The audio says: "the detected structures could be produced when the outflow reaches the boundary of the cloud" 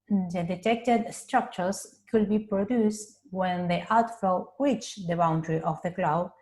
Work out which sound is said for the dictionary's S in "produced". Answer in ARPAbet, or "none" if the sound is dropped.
S